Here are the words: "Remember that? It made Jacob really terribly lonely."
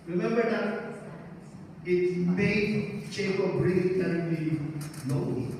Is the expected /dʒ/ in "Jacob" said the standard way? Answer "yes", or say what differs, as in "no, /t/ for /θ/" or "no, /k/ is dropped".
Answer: no, /tʃ/ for /dʒ/